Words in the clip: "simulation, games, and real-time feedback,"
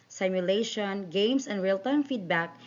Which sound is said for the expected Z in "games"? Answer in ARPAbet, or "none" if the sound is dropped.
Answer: S